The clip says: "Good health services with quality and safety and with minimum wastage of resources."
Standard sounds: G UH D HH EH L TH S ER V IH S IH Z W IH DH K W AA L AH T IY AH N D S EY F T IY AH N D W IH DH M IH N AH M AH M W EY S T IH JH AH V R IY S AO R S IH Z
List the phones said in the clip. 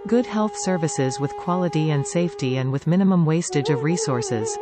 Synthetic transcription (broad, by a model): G UH D HH EH L TH S ER V IH S IH Z W IH DH K W AA L AH T IY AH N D S EY F T IY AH N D W IH DH M IH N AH M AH M W EY S T IH JH AH V R IY S AO R S IH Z